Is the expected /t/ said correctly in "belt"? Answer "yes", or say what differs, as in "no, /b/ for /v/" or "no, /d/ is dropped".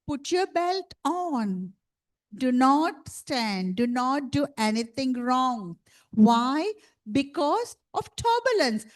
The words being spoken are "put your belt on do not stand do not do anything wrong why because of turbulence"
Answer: yes